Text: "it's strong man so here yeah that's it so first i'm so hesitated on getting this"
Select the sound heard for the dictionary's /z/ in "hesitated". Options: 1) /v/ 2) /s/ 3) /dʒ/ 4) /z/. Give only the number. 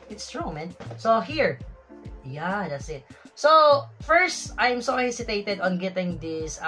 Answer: 2